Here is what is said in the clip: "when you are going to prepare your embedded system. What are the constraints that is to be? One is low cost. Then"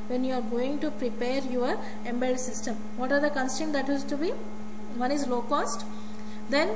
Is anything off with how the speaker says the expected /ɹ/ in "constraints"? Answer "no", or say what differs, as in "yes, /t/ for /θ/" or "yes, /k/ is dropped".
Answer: yes, /ɹ/ is dropped